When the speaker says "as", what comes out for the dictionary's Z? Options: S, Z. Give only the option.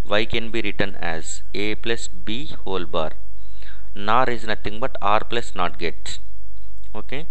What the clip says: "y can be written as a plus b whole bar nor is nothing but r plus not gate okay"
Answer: Z